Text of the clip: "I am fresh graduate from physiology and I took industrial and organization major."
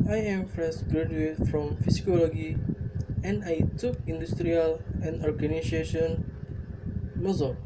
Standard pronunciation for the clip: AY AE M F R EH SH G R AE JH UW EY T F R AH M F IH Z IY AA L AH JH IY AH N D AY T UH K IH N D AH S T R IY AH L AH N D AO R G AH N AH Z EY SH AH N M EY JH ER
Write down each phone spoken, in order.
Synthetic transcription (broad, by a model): AY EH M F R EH S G R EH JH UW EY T F R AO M F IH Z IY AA L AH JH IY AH N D AY T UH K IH N D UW S T R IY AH L AH N D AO R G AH N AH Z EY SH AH N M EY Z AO